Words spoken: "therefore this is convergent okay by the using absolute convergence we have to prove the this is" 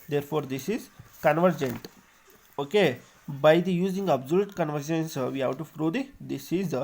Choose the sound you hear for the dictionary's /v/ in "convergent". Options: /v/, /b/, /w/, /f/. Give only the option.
/v/